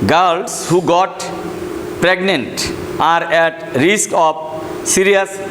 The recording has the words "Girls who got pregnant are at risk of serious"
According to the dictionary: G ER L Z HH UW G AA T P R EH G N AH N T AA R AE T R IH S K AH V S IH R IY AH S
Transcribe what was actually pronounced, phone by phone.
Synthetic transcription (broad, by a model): G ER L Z HH UW G AA T P R EH G N AH N T AA R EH T R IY S K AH P S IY R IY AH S